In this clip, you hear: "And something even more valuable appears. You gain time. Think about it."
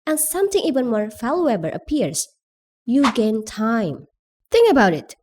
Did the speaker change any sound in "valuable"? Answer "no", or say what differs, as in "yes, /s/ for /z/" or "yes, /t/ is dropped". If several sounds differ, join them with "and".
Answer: yes, /f/ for /v/